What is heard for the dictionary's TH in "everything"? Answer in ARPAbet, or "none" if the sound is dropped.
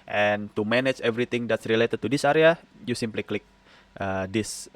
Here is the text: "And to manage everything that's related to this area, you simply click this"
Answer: T